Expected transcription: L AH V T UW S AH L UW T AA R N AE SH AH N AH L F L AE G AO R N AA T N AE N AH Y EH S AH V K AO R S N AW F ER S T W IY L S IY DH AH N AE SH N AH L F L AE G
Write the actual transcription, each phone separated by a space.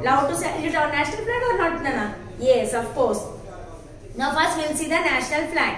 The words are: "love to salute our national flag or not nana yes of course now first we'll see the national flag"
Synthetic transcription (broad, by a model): L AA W T UW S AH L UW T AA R N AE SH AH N AH L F L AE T AO R N AA T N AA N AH Y EH S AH F K AO R S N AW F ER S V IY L S IY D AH N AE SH N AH L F L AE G